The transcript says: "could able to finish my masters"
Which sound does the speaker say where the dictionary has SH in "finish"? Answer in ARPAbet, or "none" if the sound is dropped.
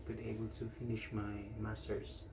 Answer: SH